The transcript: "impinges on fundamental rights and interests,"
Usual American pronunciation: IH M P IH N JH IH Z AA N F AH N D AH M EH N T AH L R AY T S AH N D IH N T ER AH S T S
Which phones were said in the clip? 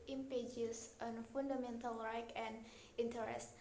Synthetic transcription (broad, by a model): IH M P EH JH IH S AA N F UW N D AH M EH N T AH L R AY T AH N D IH N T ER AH S T